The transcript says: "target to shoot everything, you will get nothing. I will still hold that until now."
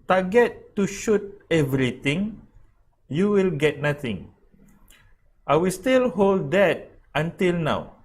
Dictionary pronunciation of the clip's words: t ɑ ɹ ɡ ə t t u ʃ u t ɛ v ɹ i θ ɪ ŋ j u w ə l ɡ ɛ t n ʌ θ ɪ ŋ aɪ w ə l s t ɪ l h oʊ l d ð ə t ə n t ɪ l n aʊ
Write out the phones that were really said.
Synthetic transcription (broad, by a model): t ɑ ɡ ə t t u ʃ u t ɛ v ɹ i t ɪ ŋ j u w ə l ɡ ɛ t n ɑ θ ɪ ŋ aɪ w ə l s t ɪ l h oʊ l d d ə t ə n t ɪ l n aʊ